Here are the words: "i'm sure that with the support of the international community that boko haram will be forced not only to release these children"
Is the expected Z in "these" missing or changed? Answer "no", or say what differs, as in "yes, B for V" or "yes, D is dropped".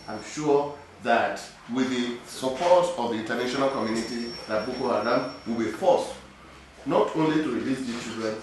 yes, Z is dropped